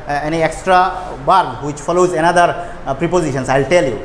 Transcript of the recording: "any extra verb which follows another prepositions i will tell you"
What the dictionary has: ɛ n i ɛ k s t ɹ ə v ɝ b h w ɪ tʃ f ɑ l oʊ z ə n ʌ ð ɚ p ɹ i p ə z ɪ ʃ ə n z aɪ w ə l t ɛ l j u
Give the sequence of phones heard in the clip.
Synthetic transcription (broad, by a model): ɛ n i ɛ k s t ɹ ə b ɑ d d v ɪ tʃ f ɑ l oʊ z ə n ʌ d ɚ p ɹ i p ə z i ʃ ə n s aɪ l t ɛ l j u